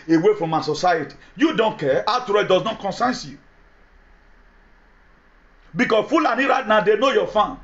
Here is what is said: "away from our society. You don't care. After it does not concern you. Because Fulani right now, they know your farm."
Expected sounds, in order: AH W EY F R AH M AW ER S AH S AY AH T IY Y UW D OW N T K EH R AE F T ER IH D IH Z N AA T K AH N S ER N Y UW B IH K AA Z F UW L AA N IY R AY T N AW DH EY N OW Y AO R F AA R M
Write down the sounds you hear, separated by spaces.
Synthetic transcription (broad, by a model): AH W EY F R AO M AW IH S AH S AY AH T IY Y UW D OW N T K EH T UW T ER IH D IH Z N AA T K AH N S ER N Y UW B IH K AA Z F UW L AA N IY R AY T N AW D EY N OW Y AO F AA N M